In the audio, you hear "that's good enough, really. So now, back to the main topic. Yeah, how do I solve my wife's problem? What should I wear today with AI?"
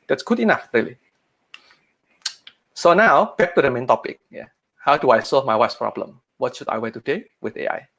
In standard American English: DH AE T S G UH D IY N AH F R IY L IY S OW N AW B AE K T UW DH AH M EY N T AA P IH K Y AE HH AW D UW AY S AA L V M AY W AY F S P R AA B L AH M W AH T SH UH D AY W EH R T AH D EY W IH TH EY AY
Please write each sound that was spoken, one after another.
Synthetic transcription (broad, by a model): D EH T S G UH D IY N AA F R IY L IY S OW N AW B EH K T UW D AH M EY N T AA P IH K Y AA HH AW D UW AY S AA L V M AY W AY S P R AA B L AH M W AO T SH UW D AY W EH T AH D EY W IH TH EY AY